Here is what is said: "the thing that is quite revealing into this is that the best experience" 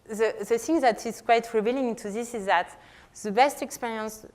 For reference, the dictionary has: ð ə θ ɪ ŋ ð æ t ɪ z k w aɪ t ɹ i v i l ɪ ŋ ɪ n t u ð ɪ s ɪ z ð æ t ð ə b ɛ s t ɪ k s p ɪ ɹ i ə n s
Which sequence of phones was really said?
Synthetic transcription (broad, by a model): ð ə θ ɪ ŋ ð æ t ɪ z k w aɪ t ɹ i v i l ɪ ŋ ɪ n t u ð ɪ s ɪ z ð æ t ð ə b ɛ s t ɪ k s p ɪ ɹ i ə n s